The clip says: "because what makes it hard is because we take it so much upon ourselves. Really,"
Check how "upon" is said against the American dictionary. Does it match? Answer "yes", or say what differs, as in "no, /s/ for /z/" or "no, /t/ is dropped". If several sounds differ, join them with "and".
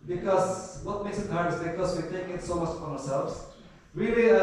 no, /p/ is dropped and /n/ is dropped